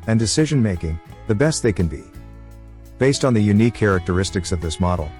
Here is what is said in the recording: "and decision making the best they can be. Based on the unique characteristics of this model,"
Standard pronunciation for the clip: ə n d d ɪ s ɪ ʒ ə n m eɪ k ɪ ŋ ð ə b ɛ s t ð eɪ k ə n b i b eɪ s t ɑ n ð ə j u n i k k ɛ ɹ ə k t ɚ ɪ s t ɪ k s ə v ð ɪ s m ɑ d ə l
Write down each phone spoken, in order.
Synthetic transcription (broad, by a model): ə n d d ɪ s ɪ ʒ ə n m eɪ k ɪ ŋ ð ə b ɛ s t ð eɪ k ə n b i b eɪ s t n ð ə j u n i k k ɛ ɹ ə k t ɚ ɪ s t ɪ k s ə v ð ɪ s m ɑ d l